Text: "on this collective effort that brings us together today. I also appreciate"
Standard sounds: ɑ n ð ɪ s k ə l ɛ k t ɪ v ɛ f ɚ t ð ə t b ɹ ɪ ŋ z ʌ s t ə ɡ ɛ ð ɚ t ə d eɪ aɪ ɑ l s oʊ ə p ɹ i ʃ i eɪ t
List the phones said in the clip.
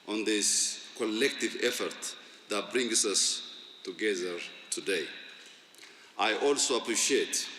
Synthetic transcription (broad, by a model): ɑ n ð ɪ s k ə l ɛ k t ɪ v ɛ f ɚ t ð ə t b ɹ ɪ ŋ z ʌ s t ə ɡ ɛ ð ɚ t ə d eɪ aɪ ɑ l s oʊ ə p ɹ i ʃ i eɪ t